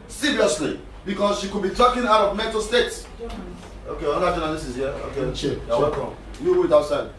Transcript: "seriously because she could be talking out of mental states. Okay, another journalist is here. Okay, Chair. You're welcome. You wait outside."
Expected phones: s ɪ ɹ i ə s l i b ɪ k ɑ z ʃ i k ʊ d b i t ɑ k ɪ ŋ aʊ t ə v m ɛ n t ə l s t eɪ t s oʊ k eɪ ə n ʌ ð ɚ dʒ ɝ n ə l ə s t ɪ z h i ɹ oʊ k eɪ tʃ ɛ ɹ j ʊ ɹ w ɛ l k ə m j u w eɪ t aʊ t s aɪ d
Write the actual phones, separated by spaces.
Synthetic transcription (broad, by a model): s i ɹ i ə s l i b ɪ k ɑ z ʃ i k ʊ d b i t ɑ k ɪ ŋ aʊ t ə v m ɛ n t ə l s t eɪ t s oʊ k eɪ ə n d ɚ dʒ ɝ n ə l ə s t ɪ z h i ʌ oʊ k eɪ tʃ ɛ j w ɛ k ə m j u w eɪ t aʊ t s aɪ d